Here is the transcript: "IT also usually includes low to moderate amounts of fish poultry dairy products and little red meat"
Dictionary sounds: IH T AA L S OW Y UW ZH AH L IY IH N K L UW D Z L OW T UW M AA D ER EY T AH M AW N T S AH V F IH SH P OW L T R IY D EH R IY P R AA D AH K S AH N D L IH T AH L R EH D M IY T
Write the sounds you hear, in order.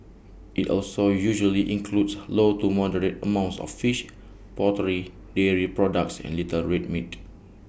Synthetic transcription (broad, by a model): IH T AA L S OW Y UW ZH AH L IY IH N K L UW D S L OW T UW M AA D ER EY T AH M AW N T S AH F F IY SH P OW T R IY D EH R IY P R AA D AH K S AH N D L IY T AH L R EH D M IY T